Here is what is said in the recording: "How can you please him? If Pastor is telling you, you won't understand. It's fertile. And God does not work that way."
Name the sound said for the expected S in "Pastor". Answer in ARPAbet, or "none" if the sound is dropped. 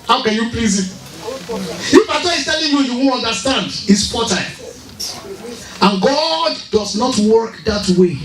none